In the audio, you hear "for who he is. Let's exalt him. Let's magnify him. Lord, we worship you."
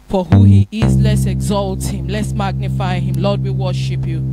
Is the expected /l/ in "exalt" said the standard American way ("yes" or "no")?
yes